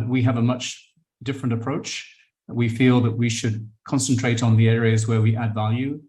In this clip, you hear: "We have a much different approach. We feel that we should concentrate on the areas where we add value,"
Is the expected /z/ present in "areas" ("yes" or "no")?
yes